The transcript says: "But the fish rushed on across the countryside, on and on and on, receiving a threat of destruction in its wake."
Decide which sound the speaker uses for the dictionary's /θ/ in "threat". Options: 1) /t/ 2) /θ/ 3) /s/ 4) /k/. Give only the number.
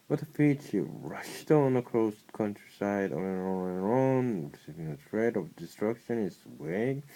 1